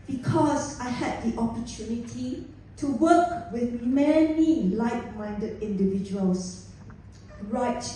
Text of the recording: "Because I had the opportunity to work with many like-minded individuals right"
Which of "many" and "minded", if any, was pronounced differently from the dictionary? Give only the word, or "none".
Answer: none